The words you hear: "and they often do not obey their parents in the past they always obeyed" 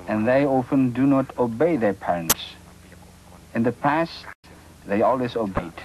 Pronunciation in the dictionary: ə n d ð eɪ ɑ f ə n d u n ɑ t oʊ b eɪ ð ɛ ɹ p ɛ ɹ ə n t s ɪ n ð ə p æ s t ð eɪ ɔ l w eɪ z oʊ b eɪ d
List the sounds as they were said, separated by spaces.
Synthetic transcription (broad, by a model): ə n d ð eɪ ɑ f ə n d u n ɑ t oʊ b eɪ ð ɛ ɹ p ɛ ɹ ə n t s ɪ n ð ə p æ s t ð eɪ ɔ l w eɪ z oʊ b eɪ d